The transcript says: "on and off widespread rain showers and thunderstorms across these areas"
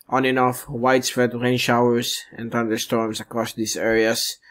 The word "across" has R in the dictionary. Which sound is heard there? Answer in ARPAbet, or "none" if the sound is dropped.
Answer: R